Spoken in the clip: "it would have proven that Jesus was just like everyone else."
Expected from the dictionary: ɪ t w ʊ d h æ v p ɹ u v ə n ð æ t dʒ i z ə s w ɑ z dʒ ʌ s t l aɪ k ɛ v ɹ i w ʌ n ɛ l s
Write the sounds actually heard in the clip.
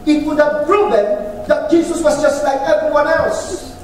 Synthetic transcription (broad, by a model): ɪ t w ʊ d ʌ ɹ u b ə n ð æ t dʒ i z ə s w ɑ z dʒ ʌ s t l aɪ k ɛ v ɹ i w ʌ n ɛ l s